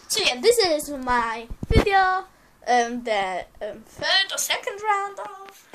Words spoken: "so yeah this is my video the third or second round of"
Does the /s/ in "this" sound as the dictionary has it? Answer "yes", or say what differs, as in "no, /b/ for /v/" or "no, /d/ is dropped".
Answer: yes